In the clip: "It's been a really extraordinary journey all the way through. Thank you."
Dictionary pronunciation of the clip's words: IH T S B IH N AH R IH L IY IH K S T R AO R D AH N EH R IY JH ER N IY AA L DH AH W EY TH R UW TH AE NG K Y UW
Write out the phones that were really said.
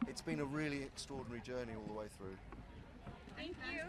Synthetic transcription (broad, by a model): IH T S B IH N AH R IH L IY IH K S T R AO D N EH R IY JH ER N IY AA L DH AH W EY TH R UW TH AE NG K Y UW